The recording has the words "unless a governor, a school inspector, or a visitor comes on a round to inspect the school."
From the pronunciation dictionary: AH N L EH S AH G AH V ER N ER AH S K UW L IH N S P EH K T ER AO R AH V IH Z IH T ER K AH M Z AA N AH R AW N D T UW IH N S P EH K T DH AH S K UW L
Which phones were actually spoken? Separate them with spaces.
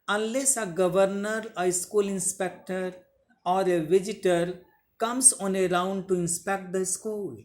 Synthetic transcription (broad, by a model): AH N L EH S AH G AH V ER N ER AH S K UW L IH N S P EH K T ER AO R AH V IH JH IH T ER K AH M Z AA N AH R AW N D T UW IH N S P EH K T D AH S K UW L